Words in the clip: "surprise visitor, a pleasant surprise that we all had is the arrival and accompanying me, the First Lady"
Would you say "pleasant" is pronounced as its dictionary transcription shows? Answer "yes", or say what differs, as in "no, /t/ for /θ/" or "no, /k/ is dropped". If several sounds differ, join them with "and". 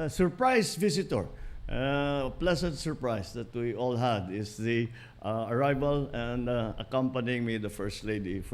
no, /s/ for /z/